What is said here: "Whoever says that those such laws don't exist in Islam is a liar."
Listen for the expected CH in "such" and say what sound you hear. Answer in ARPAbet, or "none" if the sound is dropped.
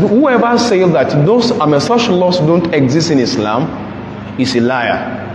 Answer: SH